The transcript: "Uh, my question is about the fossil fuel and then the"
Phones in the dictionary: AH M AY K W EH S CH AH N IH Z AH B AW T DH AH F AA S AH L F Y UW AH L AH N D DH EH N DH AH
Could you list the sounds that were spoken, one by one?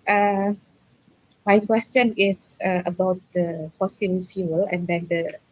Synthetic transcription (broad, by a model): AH M AY K W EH S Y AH N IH S AH B AW T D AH F AA S AH L F Y UW AH L AH N D EH N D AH